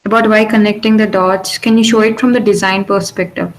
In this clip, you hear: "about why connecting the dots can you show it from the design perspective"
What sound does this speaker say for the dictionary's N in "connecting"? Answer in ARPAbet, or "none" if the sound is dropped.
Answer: N